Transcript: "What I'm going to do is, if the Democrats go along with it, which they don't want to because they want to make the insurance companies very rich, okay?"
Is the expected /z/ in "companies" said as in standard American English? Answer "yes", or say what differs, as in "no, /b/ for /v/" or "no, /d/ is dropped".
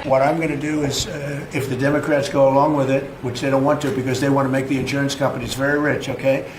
yes